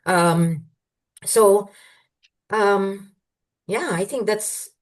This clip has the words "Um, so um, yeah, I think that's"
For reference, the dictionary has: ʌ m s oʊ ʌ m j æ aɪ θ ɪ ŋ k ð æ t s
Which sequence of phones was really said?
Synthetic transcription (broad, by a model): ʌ m s oʊ ʌ m j æ aɪ θ ɪ ŋ k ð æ t s